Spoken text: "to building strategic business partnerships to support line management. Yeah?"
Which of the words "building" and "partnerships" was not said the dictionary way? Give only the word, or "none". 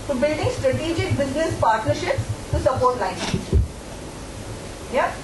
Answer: none